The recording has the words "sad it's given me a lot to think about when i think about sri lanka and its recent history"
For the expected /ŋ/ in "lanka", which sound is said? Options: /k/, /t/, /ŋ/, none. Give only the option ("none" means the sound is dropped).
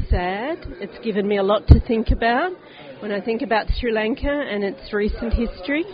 /ŋ/